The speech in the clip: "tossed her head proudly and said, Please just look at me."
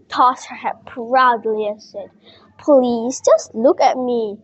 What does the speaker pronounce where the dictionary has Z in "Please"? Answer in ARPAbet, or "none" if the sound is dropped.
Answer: S